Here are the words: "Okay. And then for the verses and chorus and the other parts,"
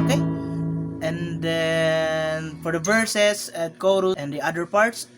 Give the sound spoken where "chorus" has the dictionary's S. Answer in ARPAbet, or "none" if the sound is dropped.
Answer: none